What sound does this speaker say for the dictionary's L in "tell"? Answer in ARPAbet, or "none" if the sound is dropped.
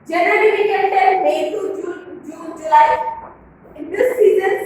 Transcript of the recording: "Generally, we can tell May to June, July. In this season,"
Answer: N